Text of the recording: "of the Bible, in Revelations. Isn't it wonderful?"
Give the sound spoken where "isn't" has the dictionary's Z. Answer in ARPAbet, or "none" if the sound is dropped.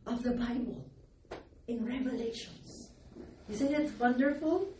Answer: S